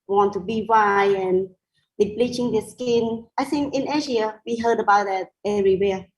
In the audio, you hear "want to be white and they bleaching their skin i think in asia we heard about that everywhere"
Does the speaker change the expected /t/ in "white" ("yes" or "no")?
yes